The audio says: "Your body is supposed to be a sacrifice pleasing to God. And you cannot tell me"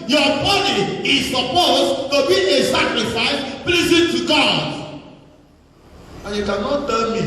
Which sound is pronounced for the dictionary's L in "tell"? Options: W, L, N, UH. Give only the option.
N